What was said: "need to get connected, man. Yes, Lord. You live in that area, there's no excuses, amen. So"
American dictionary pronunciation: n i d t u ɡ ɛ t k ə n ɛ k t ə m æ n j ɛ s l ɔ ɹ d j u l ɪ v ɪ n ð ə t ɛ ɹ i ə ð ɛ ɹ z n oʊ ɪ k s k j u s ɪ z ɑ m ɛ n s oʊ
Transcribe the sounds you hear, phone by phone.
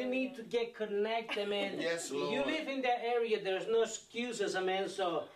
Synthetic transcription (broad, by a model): n i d t u ɡ ɛ t k ə n ɛ k t ə m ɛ n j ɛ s j u l ɪ v ɪ n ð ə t ɛ ɹ i ə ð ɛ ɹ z n oʊ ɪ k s k j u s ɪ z ɑ m ɛ n s oʊ